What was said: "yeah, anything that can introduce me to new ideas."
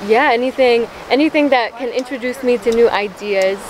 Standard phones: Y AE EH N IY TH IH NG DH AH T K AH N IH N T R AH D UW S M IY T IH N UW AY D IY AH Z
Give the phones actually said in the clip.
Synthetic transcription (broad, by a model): Y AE EH N IY TH IH NG DH AH T K AH N IH N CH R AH D UW S M IY T IH N UW AY D IY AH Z